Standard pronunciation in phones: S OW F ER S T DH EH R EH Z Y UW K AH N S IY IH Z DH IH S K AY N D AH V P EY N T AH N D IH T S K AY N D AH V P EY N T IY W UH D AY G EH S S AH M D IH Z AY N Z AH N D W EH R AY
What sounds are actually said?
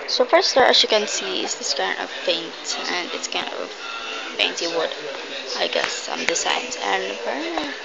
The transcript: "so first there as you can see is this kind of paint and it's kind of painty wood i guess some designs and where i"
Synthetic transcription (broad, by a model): S OW F ER S T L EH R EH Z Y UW K AH N S IY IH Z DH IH S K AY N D AH V F EY N T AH N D IH T S K AY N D AH V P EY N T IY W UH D AY G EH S S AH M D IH S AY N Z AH N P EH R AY